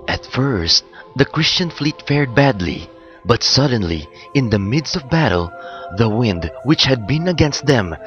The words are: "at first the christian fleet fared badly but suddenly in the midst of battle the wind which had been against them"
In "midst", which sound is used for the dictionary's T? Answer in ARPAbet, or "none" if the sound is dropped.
T